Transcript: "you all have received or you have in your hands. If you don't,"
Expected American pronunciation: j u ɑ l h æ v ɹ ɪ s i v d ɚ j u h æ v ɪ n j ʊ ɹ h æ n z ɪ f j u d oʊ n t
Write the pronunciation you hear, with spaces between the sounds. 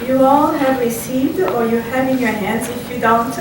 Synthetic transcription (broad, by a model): j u ɑ l h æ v ɹ ɪ s i v d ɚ j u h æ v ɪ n j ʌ ɹ h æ n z ɪ f j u d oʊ n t